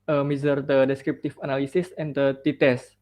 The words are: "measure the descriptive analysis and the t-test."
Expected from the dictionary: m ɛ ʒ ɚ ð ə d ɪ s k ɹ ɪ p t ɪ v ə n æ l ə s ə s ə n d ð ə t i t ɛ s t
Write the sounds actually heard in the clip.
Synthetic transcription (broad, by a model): m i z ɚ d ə d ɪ s k ɹ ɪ p t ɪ f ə n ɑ l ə s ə s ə n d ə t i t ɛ s